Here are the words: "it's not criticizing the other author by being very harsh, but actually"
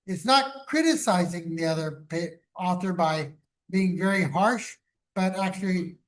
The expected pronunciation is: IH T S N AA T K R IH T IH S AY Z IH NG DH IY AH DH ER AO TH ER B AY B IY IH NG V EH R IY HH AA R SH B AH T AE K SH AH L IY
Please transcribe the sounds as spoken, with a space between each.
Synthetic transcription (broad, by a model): IH T S N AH T K R IH T IH S AY Z IH NG DH IY AH DH ER AO TH ER B AY B IY IH NG V EH R IY HH AA R SH B AH T AE K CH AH L IY